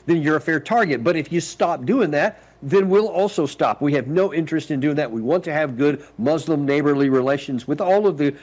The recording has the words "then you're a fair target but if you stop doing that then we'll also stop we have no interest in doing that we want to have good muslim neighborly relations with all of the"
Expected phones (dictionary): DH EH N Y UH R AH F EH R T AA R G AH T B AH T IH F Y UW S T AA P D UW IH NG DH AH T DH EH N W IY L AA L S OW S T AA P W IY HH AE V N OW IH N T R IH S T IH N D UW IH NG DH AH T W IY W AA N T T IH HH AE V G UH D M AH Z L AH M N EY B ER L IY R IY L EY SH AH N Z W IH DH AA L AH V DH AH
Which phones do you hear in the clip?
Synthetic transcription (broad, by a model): DH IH N Y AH R AH F EH R T AA R G AH T B AH T IH F Y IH S T AA P D UW IH NG DH AH T DH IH N W IY L AA L S OW S T AA P W IY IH V N OW IH N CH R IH S T IH N D UW IH NG DH AH T W IY W AA N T T IH V G UH D M AH Z L AH M N EY B ER L IY R IY L EY SH AH N Z W IH DH AA L AH V DH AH